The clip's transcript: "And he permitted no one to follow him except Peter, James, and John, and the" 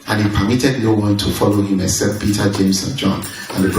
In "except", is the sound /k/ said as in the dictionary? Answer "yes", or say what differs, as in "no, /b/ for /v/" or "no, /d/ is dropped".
no, /k/ is dropped